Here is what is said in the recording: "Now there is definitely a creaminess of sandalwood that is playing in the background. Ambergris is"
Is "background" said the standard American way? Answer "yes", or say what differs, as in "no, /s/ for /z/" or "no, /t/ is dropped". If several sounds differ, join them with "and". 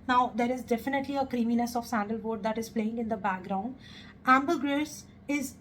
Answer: yes